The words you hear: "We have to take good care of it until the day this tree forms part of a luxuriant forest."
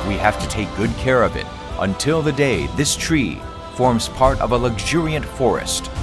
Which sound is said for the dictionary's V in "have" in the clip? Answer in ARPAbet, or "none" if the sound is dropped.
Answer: F